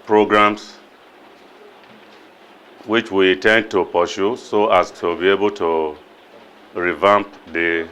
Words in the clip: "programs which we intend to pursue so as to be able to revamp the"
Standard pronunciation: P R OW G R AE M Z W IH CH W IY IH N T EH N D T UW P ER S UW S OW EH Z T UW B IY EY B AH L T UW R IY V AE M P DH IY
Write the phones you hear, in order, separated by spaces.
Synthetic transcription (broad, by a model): P R OW G R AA M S W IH CH W IY T EH N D T UW P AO SH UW S OW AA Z T UW B IY EY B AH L T UW R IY V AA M P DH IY